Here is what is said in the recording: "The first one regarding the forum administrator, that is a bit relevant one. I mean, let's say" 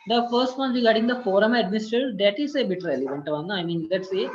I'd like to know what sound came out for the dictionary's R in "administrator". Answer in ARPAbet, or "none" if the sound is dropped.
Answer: none